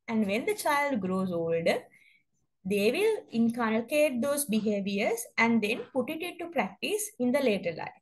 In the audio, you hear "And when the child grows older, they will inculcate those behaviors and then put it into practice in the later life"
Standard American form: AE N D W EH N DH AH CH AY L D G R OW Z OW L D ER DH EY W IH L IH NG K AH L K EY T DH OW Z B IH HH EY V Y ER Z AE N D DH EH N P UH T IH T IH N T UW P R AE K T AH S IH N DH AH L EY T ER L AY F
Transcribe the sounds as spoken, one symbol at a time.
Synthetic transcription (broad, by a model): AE N D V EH N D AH CH AY L D G R OW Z OW L D ER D EY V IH L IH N K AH N K EY T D OW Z B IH HH EY V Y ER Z AE N D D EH N P UH T IH T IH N T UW P R AE K T AH S IH N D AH L EY T ER L AY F